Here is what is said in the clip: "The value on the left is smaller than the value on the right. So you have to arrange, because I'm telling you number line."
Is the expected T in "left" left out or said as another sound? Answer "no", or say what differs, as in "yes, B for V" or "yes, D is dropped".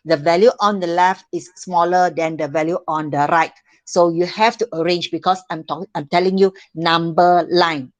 no